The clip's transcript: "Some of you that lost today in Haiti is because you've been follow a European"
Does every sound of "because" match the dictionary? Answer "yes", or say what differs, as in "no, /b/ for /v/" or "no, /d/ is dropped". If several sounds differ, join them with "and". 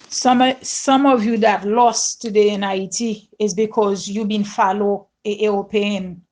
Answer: yes